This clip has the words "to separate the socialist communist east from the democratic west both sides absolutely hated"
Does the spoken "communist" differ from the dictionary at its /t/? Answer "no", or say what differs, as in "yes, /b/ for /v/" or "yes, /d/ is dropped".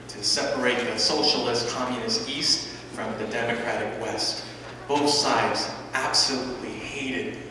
no